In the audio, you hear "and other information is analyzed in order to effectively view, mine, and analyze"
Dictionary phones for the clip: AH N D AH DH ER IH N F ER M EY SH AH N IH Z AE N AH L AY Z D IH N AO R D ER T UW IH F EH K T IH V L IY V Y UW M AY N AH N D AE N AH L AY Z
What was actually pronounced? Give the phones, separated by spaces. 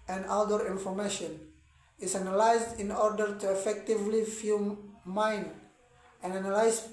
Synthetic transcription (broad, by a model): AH N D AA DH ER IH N F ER M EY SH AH N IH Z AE N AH L AY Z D IH N AO R D ER T UW IH F EH K T IH V L IY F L M AY N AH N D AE N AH L AY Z